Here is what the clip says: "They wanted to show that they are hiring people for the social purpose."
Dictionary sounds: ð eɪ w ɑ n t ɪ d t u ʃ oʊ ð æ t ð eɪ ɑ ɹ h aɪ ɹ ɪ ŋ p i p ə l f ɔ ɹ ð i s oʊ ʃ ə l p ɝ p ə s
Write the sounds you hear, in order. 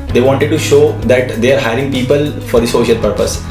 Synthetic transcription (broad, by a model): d eɪ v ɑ n t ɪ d t u ʃ oʊ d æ t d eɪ ɑ ɹ h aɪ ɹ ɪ ŋ p i p ə l f ɔ ɹ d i s oʊ ʃ ə l p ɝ p ə s